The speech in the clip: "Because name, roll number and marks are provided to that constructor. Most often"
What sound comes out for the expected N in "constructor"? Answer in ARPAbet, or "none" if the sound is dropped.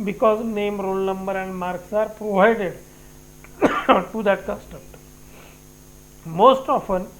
none